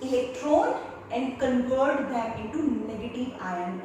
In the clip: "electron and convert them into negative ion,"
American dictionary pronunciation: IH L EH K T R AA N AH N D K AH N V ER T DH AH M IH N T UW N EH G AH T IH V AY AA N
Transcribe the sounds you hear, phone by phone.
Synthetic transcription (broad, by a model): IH L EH K T R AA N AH N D K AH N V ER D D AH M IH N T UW N EH G AH T IH V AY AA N